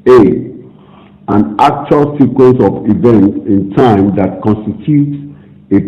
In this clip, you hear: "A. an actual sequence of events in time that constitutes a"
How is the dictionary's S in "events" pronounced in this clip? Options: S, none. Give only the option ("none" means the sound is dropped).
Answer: none